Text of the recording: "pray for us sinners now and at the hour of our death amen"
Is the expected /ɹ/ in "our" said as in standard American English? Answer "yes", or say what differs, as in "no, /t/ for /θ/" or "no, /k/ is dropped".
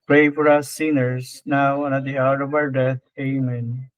no, /w/ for /ɹ/